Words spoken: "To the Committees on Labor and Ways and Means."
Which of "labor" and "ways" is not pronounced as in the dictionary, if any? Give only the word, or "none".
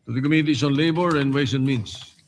ways